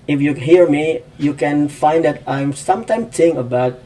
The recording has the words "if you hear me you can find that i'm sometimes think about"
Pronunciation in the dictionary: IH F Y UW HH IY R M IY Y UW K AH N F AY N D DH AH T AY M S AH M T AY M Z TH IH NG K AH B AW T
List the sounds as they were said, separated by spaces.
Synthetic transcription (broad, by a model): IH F Y UW HH IY R M IY Y UW K AH N F AY N D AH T AY M S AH M T AY M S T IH NG AH B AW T